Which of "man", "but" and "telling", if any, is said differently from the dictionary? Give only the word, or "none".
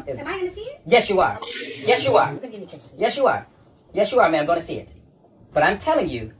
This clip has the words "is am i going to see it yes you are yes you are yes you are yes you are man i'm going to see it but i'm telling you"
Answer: man